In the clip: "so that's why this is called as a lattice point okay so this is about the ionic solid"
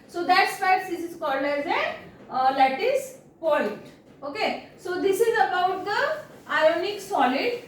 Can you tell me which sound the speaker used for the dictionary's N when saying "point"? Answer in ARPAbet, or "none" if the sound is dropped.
L